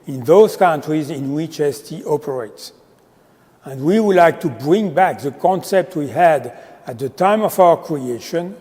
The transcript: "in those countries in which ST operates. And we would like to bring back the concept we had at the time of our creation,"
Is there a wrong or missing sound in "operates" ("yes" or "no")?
no